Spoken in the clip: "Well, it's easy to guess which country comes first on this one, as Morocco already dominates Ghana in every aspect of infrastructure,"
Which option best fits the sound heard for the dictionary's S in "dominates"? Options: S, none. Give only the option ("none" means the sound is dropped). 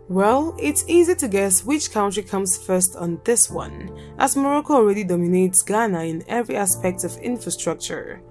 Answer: S